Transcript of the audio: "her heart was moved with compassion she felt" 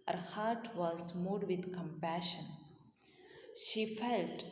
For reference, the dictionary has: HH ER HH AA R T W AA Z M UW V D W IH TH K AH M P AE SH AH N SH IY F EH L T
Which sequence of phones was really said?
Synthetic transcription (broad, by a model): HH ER HH AA R T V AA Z M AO D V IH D K AH M P AE SH AH N SH IY F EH L T